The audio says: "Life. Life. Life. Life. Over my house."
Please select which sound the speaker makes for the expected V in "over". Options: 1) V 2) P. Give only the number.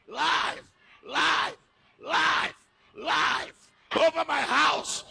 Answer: 1